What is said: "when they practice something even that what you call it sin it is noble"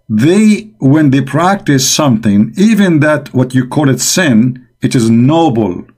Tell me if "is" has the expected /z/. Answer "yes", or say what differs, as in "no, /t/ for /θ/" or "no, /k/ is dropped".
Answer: yes